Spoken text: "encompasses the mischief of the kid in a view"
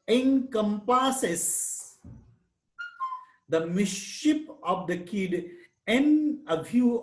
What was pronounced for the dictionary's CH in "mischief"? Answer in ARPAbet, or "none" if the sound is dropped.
SH